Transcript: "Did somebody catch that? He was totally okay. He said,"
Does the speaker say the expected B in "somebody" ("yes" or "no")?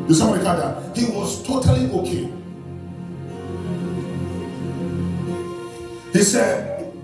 no